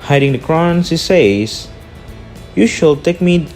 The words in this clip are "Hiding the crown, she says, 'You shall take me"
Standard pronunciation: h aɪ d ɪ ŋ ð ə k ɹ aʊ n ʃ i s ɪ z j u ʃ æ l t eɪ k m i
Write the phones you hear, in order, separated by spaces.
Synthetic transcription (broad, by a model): h aɪ d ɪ ŋ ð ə k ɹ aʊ n s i s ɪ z j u ʃ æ l t eɪ k m i